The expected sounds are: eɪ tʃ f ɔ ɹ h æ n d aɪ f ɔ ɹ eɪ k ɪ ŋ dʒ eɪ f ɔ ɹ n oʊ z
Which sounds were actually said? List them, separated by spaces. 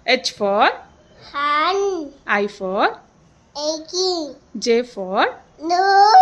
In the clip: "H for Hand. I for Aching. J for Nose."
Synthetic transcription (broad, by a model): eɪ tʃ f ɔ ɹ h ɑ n aɪ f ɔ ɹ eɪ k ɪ dʒ eɪ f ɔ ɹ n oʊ